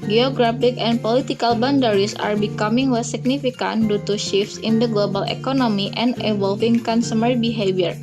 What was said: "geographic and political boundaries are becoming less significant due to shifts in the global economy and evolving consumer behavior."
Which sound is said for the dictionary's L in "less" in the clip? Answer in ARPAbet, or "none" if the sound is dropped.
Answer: W